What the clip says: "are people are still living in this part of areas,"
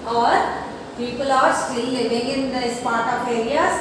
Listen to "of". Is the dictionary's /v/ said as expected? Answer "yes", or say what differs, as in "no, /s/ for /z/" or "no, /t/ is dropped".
no, /p/ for /v/